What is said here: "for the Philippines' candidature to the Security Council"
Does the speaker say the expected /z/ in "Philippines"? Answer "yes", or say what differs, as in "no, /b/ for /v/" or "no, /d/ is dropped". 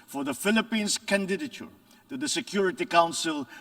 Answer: no, /s/ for /z/